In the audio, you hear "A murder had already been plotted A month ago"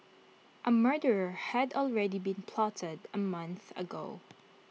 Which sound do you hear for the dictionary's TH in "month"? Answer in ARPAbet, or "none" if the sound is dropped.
TH